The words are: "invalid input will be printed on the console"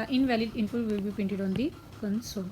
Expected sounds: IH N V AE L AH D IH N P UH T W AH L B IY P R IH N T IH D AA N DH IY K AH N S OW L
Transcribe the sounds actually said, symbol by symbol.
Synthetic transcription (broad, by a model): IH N V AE L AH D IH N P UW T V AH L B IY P IH N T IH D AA N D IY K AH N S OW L